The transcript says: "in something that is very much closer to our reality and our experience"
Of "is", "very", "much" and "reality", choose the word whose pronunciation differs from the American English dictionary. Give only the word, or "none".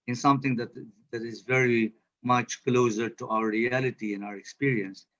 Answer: none